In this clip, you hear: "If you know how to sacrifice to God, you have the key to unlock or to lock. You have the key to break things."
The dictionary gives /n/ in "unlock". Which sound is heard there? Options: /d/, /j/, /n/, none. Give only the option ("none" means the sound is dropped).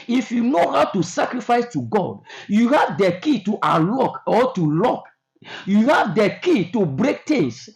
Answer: none